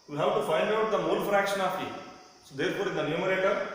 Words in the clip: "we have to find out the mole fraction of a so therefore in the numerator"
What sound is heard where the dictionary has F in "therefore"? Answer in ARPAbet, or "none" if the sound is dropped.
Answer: P